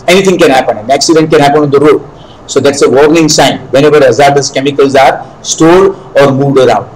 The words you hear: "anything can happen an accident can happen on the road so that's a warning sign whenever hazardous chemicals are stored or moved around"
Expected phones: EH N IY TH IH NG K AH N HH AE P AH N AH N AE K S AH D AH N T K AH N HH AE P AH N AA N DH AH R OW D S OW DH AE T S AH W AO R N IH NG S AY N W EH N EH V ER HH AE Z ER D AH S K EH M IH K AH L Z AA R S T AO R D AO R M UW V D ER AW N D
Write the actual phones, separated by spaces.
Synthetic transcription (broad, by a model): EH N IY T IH NG K AH N HH AE P AH N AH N AE K S AH D AH N T K AH N HH AE P AH N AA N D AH R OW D S OW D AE T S AH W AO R N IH NG S AY N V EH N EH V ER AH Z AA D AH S K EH M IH K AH L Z AA R S T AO D AO R M UW V D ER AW N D